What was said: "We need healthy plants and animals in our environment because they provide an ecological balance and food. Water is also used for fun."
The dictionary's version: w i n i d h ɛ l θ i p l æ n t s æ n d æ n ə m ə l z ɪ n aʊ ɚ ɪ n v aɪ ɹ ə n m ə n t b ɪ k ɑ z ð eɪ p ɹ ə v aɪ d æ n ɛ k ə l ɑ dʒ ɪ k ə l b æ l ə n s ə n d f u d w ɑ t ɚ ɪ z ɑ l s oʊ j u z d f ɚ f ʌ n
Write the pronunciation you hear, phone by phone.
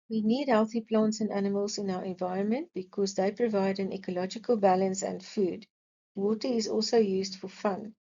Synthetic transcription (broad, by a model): w i n i d h ɛ l θ i p l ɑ n t s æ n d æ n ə m ə l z ɪ n aʊ ɚ ɪ n v aɪ ɹ ə n m ə n t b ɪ k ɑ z ð eɪ p ɹ ə v aɪ d æ n ɛ k ə l ɑ dʒ ɪ k ə l b æ l ə n s ə n d f u d w ɑ t ɚ ɪ z ɑ l s oʊ j u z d f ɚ f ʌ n